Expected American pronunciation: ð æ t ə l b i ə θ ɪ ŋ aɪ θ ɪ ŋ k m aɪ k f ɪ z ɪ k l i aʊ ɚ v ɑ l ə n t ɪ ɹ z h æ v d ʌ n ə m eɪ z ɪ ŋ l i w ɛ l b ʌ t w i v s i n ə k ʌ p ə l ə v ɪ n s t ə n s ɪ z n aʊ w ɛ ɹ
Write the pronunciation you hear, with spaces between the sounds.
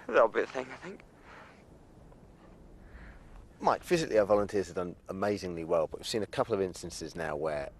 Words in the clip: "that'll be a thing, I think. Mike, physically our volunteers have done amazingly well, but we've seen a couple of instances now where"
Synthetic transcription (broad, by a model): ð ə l b i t θ ɪ ŋ aɪ θ ɪ ŋ k m aɪ k f ɪ z ɪ k l i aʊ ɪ v ɑ l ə n t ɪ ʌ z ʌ d ʌ n ə m eɪ z ɪ ŋ l i w ɛ l b ʌ t w i v s i n ə k ʌ p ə l ə v ɪ n s t ə n s ɪ z n aʊ w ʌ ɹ